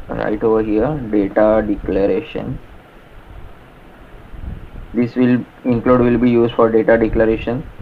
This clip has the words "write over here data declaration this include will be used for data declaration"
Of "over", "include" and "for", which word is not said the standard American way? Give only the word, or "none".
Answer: include